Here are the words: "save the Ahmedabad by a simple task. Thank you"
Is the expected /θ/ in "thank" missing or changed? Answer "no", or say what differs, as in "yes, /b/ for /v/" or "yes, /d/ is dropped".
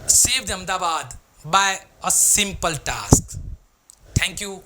yes, /t/ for /θ/